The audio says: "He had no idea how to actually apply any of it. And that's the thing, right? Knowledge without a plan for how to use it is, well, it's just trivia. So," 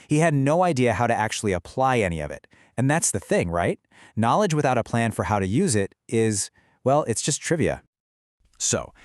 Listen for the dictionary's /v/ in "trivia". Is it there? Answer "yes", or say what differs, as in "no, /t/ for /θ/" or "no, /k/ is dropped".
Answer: yes